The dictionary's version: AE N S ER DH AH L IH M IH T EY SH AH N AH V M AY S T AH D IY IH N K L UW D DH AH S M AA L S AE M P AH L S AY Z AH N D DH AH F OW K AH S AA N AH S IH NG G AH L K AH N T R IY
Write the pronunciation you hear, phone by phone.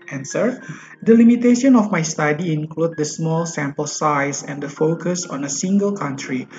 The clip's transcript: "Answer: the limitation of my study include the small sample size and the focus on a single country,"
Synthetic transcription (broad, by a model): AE N S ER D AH L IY M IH T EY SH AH N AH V M AY S T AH D IY IH N K L UW D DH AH S M AA L S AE M P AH L S AY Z AH N D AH F OW K AH S AA N AH S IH NG G AH L K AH N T R IY